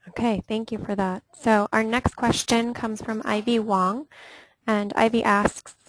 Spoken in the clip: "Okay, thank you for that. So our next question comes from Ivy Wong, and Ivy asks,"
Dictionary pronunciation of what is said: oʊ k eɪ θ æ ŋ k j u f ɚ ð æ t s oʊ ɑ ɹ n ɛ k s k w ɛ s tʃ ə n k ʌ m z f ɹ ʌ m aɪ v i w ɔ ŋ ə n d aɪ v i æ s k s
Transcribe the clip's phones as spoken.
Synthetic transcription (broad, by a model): oʊ k eɪ θ æ ŋ k j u f ɚ ð æ t s oʊ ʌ ɹ n ɛ k s k w ɛ s tʃ ə n k ʌ m z f ɹ ʌ m aɪ v i w ɔ ŋ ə n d aɪ v i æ s k s